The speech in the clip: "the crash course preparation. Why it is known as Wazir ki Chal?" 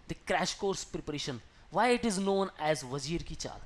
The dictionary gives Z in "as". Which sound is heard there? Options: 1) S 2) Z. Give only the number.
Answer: 2